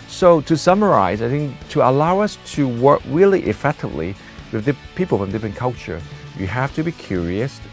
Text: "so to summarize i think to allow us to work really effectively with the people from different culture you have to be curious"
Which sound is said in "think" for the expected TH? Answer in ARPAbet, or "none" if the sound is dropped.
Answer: TH